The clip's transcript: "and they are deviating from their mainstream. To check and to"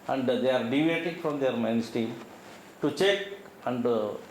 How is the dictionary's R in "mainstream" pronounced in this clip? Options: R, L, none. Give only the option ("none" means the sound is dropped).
none